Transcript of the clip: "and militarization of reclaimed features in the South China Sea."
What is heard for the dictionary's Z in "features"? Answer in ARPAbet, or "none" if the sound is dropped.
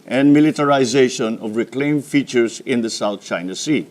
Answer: S